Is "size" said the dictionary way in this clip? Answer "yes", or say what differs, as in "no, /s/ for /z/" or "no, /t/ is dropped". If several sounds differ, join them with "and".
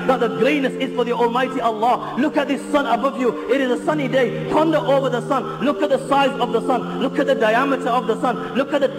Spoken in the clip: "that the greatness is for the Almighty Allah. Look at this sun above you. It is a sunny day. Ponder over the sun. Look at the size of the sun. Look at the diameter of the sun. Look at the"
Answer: yes